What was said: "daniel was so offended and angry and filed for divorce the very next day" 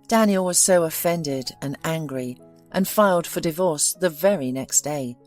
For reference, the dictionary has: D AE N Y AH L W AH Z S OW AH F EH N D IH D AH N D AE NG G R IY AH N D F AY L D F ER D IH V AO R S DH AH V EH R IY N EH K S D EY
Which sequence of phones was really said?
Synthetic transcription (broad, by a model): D AE N Y L W AH Z S OW AH F EH N D IH D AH N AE NG G R IY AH N F AY L D F ER D IH V AO R S DH AH V EH R IY N EH K S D EY